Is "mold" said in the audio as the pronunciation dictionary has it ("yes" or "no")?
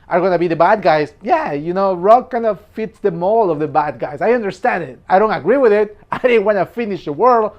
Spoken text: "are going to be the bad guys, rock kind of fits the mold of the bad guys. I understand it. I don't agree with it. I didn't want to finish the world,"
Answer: no